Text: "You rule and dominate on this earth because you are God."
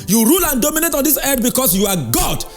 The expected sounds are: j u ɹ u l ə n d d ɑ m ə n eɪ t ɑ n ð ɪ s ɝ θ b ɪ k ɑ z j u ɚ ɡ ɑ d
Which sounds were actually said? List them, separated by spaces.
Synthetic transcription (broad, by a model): j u ɹ u l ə n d d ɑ m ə n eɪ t ɑ n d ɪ s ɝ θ b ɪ k ɑ s j u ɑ ɡ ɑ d